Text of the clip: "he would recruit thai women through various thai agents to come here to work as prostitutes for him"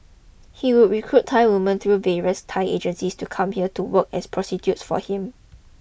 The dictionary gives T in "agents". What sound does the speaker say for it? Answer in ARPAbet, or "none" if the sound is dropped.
S